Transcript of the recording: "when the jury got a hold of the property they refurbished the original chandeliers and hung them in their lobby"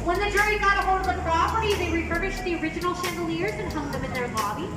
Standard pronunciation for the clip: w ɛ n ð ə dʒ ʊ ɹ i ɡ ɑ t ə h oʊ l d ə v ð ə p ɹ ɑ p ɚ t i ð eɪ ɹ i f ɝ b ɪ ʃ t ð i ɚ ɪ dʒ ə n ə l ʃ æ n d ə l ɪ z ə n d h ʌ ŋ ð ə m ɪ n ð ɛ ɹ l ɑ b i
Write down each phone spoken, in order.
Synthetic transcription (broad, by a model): w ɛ n ð ə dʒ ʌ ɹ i ɡ ɑ t ə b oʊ d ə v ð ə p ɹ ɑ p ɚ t i ð eɪ ɹ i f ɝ ɪ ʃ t ð i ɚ ɪ dʒ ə n l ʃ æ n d l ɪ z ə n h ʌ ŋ ð ə m ɪ n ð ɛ ɹ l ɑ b i